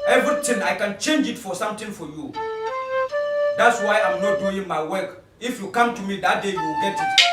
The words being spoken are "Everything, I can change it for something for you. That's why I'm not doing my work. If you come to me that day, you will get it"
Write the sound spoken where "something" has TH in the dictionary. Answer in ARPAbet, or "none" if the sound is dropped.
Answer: T